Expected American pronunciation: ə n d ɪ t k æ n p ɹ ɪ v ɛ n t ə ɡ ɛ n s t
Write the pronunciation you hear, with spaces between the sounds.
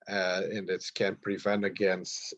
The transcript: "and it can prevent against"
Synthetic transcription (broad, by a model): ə n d ɪ t k æ n p ɹ ɪ v ɛ n t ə ɡ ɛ n s t